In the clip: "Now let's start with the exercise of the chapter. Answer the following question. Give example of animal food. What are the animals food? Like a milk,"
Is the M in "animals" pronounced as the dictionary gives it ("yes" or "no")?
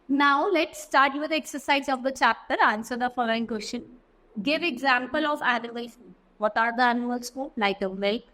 no